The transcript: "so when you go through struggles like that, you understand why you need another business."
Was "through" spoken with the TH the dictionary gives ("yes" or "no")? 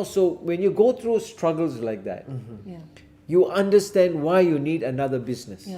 no